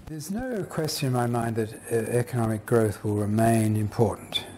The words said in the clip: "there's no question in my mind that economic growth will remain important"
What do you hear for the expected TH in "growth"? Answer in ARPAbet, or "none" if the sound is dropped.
TH